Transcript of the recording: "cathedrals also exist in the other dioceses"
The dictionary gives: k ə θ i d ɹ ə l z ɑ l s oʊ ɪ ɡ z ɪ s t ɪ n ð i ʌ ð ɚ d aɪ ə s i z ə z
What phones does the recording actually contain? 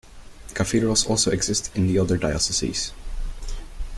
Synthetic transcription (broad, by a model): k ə f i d ɹ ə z ɑ l s oʊ ɪ ɡ z ɪ s t ɪ n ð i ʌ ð ɚ d aɪ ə s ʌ s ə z